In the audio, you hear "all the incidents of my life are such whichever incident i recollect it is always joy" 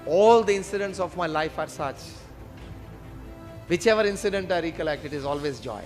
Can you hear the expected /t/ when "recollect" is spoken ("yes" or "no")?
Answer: yes